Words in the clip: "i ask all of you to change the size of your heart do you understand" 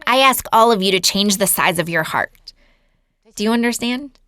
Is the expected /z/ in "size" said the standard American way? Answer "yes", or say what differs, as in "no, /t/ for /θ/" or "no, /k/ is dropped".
yes